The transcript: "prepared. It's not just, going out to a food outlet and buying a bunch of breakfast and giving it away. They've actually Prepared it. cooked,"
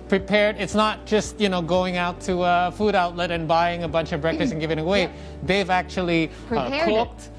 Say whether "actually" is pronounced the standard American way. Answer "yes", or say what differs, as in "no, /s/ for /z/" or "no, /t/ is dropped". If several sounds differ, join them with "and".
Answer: no, /l/ is dropped